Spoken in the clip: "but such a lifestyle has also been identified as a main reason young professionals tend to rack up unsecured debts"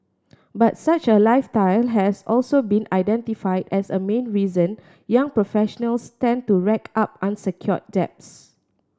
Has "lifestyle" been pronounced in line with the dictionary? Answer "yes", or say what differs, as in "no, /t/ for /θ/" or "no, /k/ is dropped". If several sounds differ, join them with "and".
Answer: no, /s/ is dropped